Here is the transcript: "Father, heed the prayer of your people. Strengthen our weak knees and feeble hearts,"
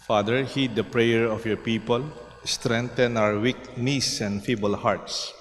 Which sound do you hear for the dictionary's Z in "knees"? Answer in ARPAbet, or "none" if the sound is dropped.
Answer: S